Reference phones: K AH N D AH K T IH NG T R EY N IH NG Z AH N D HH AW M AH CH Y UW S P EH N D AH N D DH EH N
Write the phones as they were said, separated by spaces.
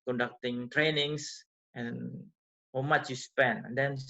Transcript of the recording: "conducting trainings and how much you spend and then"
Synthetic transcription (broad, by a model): K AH N D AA K T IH NG T R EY N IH NG S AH N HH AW M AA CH Y UW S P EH N AH N D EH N